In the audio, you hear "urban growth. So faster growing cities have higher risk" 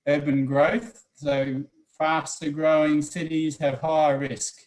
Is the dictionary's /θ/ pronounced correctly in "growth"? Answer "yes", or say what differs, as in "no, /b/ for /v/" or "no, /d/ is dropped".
yes